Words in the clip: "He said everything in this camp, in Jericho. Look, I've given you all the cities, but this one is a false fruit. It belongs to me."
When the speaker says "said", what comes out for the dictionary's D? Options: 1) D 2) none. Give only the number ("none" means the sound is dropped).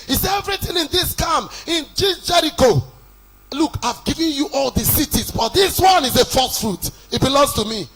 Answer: 2